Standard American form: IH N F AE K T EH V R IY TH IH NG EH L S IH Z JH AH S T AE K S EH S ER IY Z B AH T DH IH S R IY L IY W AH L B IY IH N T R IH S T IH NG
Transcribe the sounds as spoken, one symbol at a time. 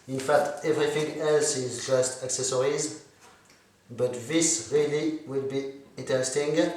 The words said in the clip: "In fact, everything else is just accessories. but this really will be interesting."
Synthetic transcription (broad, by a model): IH N F AE K T EH V R IY TH IH NG EH L S IH Z JH AH S T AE K S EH S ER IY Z B AH T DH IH S R IY L IY W AH L B IY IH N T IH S T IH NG